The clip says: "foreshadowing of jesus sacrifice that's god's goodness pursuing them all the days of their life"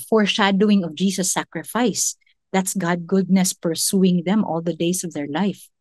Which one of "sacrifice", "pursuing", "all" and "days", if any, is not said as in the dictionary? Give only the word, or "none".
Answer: days